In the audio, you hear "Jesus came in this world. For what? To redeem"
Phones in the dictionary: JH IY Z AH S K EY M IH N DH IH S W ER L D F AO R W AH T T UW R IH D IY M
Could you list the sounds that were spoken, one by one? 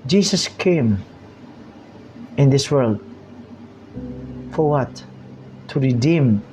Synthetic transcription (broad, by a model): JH IY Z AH S K EY M IH N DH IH S W ER L D F AO R W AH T T UW R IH D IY M